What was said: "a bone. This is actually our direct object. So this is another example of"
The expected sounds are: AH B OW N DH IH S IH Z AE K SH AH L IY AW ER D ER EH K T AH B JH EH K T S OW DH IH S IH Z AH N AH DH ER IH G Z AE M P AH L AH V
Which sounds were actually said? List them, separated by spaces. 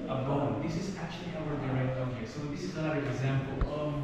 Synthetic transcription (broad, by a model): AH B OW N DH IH S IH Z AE K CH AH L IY AW ER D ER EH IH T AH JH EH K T S OW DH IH S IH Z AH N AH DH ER IH G Z AE M P AH L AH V